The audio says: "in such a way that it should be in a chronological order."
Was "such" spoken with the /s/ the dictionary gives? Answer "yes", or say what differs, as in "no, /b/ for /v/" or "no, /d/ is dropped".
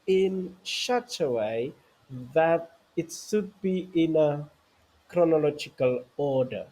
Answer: no, /ʃ/ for /s/